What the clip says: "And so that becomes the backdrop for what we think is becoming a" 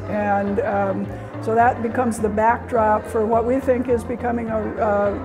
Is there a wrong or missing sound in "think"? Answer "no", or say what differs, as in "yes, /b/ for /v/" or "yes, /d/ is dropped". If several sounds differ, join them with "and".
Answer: no